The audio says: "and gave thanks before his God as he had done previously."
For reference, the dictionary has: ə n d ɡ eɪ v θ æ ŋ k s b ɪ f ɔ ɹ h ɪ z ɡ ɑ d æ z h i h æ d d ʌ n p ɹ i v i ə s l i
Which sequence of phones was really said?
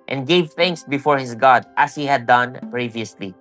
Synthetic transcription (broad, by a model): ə n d ɡ eɪ v θ æ ŋ k s b ɪ f ɔ ɹ h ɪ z ɡ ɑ d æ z h i h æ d d ʌ n p ɹ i v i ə s l i